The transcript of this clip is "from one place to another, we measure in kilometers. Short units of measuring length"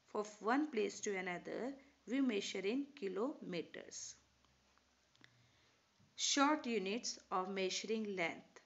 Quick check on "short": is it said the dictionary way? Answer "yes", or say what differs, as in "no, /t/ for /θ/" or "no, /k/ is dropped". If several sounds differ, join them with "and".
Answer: yes